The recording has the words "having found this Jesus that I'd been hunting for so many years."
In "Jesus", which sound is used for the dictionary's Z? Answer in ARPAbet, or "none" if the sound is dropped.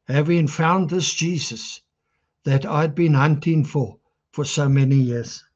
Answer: Z